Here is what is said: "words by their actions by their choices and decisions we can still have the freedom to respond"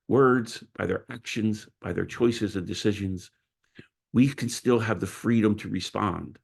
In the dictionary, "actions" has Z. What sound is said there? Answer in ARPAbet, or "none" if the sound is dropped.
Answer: Z